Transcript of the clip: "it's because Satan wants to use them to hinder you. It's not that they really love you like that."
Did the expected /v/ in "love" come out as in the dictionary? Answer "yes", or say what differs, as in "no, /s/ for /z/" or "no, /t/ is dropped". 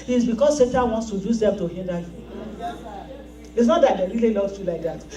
no, /f/ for /v/